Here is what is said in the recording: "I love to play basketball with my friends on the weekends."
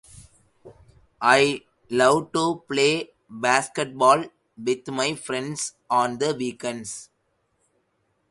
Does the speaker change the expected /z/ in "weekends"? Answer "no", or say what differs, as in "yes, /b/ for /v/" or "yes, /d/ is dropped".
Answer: yes, /s/ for /z/